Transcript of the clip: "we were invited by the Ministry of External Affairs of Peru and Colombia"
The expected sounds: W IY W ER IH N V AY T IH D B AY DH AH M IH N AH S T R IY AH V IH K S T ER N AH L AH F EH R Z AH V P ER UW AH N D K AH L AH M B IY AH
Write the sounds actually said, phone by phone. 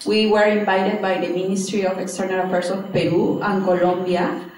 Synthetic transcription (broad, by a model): W IY W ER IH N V AY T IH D B AY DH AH M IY N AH S T R IY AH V IH K S T ER N AH L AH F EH R S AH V P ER UW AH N K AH L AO M B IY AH